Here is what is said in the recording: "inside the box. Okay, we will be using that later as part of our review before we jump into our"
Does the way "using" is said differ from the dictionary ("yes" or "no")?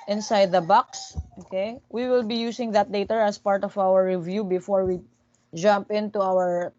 yes